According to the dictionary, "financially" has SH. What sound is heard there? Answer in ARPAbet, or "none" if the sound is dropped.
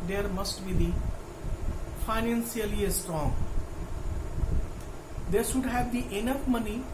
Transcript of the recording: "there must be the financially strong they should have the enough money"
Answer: S